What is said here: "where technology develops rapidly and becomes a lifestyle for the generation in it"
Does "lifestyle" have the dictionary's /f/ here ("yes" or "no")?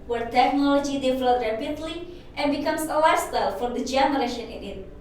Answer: no